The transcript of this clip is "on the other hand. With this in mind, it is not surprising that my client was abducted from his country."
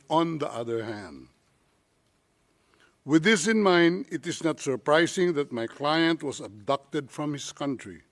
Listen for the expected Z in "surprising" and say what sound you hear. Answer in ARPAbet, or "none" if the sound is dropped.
S